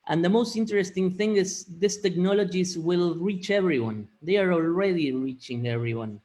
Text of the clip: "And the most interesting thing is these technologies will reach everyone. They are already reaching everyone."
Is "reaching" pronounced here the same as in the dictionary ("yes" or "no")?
yes